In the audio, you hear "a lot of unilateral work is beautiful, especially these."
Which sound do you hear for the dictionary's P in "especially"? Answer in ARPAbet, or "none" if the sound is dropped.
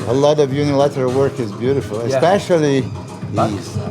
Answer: P